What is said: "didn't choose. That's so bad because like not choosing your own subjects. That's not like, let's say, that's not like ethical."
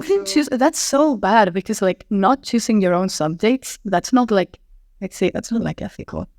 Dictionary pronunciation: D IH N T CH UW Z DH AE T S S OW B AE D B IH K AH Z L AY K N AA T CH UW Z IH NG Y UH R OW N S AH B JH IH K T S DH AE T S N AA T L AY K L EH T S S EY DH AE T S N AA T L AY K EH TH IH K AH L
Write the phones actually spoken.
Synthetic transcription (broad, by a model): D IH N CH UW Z DH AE T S S OW B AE D B IH K AH Z L AY K N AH T CH UW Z IH NG Y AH R OW N S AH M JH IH T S DH AE T S N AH T L AY K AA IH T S S EY DH AE T S N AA T L AY K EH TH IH K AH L